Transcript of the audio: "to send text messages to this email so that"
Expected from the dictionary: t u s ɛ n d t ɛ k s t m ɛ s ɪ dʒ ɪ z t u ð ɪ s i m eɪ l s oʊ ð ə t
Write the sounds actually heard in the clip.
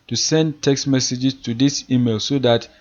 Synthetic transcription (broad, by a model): t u s ɛ n d t ɛ k s t m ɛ s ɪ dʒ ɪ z t u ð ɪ s i m eɪ l s oʊ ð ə t